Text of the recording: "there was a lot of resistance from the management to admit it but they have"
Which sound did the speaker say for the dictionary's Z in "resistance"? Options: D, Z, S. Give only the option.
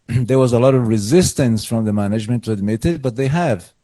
Z